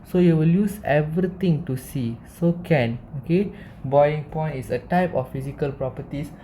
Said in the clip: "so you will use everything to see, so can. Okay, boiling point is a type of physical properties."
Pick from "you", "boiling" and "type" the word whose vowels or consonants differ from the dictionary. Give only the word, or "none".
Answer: boiling